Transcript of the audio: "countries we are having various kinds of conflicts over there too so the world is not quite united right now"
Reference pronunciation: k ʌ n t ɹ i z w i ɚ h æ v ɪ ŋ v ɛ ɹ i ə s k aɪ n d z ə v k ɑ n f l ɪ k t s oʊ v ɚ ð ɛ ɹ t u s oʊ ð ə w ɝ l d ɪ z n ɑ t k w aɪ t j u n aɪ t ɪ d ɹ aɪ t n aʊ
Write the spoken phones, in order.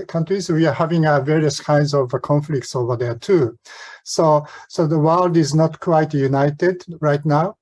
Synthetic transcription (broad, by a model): k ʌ n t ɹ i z w i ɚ h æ v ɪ ŋ v ɛ ɹ i ə s k aɪ n d z ə v k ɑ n f l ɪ k t s oʊ v ɚ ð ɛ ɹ t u s oʊ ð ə w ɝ l d ɪ z n ɑ t k w aɪ t j u n aɪ t ɪ d ɹ aɪ t n aʊ